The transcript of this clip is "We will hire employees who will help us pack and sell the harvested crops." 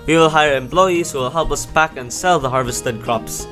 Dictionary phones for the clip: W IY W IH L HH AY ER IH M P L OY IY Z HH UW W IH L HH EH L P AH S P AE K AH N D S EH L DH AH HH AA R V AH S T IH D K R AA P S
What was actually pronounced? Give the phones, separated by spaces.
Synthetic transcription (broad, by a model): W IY W IH L HH AY ER IH M P L OY IY Z HH UW W IH L HH EH L P AH S B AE K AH N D S EH L DH AH HH AA R V AH S T IH D K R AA P S